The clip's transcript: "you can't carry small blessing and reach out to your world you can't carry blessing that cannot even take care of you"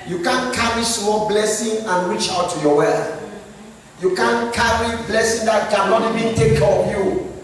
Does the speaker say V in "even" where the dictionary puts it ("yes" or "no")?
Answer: yes